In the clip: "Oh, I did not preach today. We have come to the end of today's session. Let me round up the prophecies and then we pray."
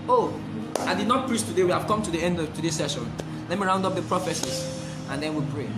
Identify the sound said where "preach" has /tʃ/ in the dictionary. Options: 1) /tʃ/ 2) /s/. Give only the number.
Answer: 2